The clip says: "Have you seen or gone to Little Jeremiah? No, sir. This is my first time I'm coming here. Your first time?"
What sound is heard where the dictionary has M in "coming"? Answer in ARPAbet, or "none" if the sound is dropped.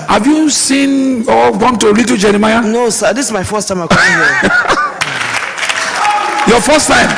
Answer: none